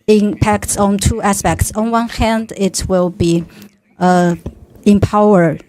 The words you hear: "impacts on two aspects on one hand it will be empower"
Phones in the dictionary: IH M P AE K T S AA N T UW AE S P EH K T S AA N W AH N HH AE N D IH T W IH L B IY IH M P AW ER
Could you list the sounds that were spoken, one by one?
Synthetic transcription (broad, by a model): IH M P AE K T S AA N T UW AE S P EH K T S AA N W AH N HH AE N D IH T W IH L B IY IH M P AW ER